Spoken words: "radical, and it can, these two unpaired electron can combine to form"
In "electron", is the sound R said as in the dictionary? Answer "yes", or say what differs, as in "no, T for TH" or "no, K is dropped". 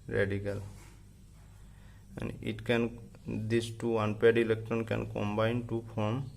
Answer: no, R is dropped